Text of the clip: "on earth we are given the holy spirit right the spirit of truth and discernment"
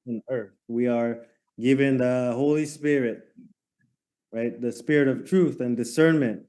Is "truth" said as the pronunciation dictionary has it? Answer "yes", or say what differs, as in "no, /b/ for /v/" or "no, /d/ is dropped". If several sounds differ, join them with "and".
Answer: yes